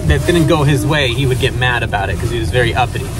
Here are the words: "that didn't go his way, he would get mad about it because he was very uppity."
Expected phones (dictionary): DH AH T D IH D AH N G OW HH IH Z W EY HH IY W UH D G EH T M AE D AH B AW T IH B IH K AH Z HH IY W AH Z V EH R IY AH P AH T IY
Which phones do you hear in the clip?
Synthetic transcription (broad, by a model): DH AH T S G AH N G OW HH IH Z W EY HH IY W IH D G EH T M AE D AH B AW T IH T K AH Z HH IY W AH Z V EH R IY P AH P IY